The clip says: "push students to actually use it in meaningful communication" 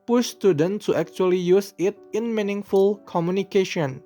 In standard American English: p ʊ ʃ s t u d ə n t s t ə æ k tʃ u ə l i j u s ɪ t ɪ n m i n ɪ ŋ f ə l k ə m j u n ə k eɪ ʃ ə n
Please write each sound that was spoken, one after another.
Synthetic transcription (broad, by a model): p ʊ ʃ s t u d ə n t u t ə k tʃ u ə l i j u s ɪ t ɪ n m i n ɪ ŋ f ə l k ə m j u n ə k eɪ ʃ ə n